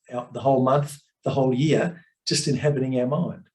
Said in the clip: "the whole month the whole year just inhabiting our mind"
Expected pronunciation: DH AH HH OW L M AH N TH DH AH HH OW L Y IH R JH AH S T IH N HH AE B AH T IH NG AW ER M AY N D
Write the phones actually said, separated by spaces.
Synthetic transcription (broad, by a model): DH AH HH OW L M AH N TH DH AH HH OW L Y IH R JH AH S T IH N HH AE B AH T IH NG AW ER M AY N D